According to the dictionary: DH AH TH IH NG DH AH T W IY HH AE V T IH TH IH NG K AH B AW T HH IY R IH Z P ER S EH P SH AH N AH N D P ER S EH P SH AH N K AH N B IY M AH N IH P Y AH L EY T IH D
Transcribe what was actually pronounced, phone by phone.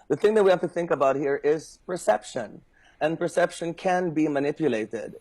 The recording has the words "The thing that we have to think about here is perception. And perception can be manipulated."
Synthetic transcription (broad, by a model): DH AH TH IH NG DH AH T W IY HH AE F T IH TH IH NG K AH B AW T HH IY R IH Z P ER S EH P SH AH N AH N P ER S EH P SH AH N K AH N B IY M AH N IH P Y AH L EY T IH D